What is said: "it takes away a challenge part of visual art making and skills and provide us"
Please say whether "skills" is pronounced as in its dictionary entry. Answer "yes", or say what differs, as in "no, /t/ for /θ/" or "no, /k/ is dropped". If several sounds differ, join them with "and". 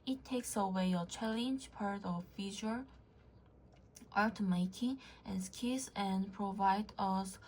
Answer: no, /l/ is dropped